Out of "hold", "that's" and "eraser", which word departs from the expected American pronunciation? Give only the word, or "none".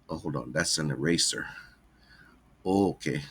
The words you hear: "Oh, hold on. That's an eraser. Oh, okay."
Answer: hold